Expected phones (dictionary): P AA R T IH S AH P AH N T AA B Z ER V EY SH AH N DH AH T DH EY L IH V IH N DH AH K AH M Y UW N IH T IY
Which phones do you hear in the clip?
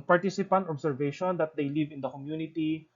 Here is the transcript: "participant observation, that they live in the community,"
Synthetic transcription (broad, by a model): P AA R T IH S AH P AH N T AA B S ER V EY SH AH N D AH T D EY L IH V IH N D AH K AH M Y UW N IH T IY